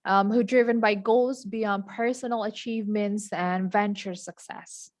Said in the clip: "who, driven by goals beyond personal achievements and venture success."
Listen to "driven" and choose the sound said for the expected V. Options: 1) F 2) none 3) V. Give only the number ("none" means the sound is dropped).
3